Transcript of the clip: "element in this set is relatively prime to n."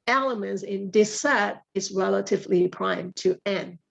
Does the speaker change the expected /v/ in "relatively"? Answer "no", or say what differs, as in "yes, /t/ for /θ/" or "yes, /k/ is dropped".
no